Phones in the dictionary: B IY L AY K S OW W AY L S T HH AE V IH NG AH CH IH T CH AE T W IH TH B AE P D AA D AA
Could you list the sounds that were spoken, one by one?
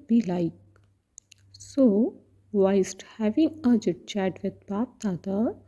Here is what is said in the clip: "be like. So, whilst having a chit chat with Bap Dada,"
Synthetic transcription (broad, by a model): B IY L AY K S OW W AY S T HH AE V IH NG AH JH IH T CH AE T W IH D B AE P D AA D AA